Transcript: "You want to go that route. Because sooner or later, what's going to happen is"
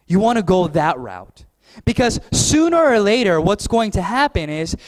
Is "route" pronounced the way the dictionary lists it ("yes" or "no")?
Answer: yes